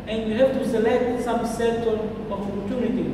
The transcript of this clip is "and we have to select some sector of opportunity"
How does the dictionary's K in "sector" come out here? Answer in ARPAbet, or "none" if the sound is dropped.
none